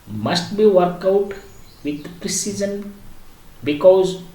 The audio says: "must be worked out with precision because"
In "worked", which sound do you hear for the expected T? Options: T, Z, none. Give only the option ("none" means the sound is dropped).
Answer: none